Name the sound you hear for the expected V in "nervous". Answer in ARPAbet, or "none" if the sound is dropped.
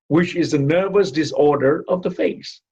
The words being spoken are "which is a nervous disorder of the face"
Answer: V